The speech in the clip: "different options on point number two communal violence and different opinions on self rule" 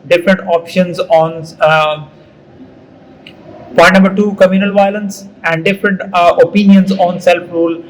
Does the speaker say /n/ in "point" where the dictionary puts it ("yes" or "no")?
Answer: no